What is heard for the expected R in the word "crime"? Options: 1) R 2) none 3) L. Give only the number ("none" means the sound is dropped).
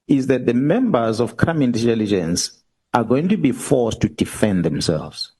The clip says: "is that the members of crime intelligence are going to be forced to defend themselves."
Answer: 2